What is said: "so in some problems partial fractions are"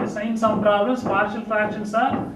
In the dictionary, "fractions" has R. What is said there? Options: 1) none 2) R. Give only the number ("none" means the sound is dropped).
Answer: 1